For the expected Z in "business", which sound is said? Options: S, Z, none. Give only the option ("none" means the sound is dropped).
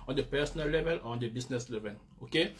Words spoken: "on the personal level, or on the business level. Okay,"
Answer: S